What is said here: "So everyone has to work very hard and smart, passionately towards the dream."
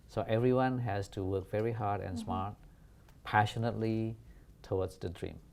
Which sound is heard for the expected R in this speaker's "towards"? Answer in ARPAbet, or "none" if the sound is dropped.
W